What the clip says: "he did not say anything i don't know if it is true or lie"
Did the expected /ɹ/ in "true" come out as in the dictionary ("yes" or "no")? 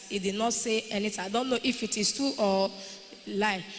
no